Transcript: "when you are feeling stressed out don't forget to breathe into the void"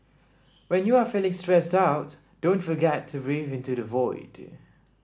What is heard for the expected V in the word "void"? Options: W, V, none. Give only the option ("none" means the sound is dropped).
V